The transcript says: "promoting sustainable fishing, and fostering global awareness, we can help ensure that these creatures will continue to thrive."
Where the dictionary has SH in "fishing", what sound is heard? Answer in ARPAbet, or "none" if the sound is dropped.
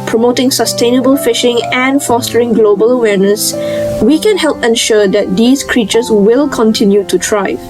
SH